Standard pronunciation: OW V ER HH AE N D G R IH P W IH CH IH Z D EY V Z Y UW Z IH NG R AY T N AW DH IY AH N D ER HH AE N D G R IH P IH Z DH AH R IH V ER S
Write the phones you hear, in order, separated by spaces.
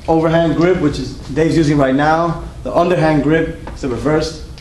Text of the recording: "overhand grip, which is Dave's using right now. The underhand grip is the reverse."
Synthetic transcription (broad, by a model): OW V ER HH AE N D G R IH P W IH CH IH Z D EY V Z Y UW Z IH NG R AY T N AW DH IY AH N D ER HH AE N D G R IH P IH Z DH AH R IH V ER S